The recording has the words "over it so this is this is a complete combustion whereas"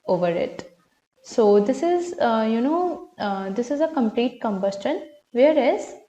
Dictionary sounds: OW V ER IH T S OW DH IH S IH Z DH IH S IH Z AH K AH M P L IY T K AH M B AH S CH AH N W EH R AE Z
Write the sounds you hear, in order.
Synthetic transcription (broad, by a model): OW V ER IH T S OW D IH S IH Z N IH S IH Z AH K AH M P L IY T K AH M B AH S CH AH N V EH R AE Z